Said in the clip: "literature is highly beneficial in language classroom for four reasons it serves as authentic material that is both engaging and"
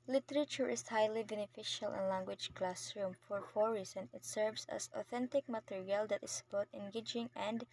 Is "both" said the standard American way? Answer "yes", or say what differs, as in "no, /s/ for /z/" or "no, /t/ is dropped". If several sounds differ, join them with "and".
no, /t/ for /θ/